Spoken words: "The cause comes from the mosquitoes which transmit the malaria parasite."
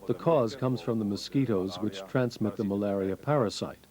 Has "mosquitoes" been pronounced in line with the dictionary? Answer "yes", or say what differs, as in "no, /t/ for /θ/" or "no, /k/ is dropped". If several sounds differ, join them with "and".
yes